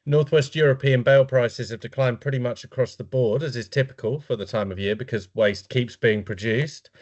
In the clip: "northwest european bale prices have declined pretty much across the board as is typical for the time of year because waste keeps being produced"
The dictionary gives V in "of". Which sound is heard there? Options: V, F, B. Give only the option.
V